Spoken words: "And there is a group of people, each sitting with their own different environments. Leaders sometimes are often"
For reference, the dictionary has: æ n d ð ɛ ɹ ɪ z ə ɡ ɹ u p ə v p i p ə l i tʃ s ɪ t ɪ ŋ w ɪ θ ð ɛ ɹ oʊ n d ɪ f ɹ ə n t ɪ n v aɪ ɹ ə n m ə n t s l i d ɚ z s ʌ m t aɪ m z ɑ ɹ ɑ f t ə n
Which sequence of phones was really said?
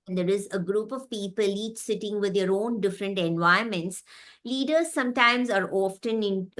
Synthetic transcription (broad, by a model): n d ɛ ɹ ɪ z ə ɡ ɹ u p ə v p i p ə l i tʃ s ɪ t ɪ ŋ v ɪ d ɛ ɹ oʊ n d ɪ f ɹ ə n t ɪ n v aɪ ə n m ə n t s l i d ɚ z s ʌ m t aɪ m z ɑ ɹ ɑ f t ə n